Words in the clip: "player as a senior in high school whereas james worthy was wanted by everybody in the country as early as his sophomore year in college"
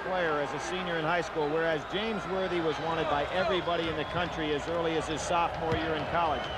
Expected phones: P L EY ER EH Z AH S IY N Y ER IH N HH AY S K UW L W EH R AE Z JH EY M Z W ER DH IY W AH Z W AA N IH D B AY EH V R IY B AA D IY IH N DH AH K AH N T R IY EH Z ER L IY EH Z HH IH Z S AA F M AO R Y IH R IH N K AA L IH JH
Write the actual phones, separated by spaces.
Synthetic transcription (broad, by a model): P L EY ER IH Z AH S IY N Y ER IH N HH AY S K UW L W EH R AE Z JH EY M Z W ER DH IY W AH Z W AA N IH D B AY EH V R IY B AA D IY IH N DH AH K AH N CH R IY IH Z ER L IY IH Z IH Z S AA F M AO R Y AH R IH N K AA L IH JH